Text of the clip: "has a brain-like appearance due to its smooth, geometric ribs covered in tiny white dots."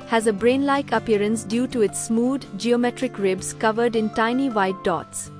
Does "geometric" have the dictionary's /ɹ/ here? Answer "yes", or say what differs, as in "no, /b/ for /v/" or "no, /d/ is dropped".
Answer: yes